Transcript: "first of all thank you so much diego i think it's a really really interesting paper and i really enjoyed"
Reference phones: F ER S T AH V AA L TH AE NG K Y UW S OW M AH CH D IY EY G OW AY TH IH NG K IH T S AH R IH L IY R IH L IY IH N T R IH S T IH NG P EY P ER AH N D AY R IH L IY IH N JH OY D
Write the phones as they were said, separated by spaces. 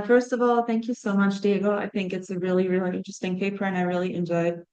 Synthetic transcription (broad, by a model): F ER S T AH V AA L TH AE NG K Y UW S OW M AH CH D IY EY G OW AY TH IH NG K IH T S AH R IH L IY R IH L IY IH N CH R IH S T IH NG P EY P ER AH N AY R IH L IY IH N JH OY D